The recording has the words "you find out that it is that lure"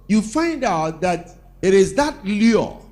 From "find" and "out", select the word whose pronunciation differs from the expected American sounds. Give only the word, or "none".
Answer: none